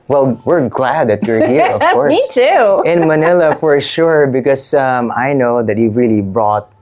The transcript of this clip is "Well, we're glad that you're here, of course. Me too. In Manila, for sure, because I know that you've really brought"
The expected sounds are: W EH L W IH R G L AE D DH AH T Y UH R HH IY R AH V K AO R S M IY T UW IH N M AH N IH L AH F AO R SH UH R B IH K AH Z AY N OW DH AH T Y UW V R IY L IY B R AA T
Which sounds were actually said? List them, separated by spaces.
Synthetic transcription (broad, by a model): W EH L W IH R G L AE D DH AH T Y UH R HH IY R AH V K AO R S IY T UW IH N M AH N IH L AH F AO R SH UH R B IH K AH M AY N OW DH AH T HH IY R IY L IY B R AA T